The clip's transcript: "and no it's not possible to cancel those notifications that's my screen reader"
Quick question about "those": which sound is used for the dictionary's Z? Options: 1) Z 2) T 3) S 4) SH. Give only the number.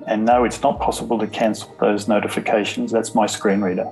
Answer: 1